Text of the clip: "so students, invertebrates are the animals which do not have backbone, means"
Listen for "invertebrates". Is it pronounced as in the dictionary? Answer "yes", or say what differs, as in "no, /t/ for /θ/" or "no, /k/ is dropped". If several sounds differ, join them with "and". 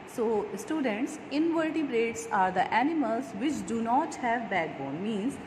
yes